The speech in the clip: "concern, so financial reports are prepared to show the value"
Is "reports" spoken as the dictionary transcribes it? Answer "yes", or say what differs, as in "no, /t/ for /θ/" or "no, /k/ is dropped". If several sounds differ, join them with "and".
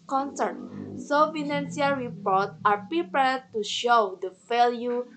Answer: no, /s/ is dropped